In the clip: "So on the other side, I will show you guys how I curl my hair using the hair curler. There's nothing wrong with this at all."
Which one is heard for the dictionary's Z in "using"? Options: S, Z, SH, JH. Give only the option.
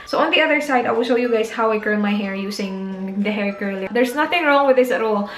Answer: S